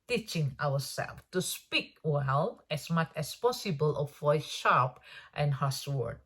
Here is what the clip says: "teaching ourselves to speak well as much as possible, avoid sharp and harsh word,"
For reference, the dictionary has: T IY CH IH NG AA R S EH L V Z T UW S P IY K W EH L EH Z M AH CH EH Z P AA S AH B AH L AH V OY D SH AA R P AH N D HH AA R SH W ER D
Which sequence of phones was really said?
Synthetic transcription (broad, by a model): T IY CH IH NG AA W S EH L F T UW S P IY K W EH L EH S M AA CH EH S P AA S AH B AH L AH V OY SH AA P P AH N HH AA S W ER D